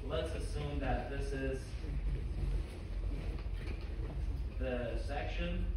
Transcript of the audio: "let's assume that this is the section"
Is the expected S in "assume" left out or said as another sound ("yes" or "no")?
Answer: no